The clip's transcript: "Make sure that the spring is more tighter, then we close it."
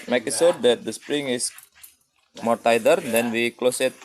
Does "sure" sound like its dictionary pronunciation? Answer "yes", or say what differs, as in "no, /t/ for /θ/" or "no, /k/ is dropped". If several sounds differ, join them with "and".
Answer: no, /s/ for /ʃ/